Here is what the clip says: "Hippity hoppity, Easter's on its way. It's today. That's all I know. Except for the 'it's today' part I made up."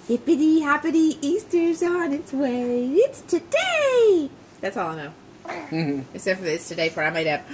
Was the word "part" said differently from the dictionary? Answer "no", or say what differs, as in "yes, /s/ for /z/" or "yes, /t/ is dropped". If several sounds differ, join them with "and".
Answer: yes, /f/ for /p/ and /t/ is dropped